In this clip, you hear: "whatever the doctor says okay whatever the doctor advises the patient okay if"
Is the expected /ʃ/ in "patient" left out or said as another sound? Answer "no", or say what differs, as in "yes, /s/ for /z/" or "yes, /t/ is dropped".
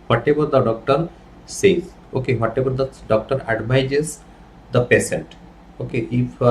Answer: yes, /s/ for /ʃ/